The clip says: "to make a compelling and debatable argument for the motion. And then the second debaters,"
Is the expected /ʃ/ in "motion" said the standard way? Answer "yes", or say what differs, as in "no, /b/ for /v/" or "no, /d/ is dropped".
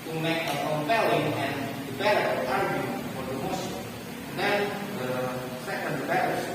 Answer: no, /s/ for /ʃ/